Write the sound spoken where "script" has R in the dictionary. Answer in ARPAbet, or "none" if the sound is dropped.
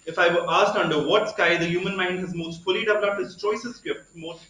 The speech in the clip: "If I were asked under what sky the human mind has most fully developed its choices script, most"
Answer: none